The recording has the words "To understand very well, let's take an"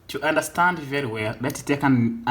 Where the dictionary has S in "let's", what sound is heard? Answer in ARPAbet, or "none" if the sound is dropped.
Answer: none